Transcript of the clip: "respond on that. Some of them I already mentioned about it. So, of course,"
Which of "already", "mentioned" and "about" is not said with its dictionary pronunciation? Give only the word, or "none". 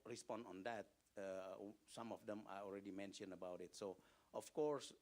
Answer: mentioned